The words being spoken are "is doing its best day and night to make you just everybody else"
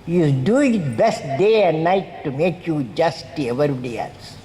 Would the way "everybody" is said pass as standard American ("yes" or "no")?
no